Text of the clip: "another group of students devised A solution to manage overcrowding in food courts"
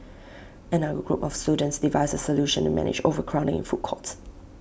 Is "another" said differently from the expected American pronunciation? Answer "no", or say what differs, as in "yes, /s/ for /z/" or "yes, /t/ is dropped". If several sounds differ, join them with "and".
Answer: yes, /ð/ is dropped